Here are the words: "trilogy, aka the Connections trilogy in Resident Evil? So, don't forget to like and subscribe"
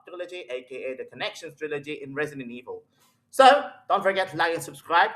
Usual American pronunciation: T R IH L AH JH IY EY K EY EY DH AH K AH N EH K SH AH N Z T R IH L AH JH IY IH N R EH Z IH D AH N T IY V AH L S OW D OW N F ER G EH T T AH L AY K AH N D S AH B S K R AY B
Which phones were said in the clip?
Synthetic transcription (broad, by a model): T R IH L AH JH IY EY K EY EY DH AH K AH N EH K SH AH N S T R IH L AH JH IY IH N R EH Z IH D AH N IY V AH L S OW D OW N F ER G EH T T L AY AH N S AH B S K R AY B